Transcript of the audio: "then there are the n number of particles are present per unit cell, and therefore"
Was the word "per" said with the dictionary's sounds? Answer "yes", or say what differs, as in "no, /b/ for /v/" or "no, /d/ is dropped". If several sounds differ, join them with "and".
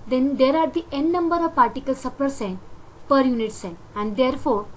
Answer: yes